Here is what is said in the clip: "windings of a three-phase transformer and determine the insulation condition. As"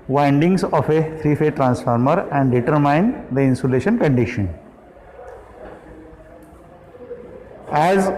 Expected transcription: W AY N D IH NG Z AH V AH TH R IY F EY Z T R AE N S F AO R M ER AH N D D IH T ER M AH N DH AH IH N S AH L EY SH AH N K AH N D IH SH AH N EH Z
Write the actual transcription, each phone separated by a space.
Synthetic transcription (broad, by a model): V AY N D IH NG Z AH F AH T R IY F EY T R AE N S F AO R M ER AH N D D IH T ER M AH N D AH IH N S AH L EY SH AH N K AH N D IH SH AH N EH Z